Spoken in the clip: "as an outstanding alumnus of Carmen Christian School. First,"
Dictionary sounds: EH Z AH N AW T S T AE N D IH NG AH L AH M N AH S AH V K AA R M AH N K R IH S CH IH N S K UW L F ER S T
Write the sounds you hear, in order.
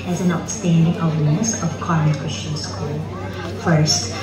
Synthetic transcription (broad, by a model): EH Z AH N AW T S T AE N D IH NG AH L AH N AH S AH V K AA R AH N K R IH S CH IH N S K UW L F ER S T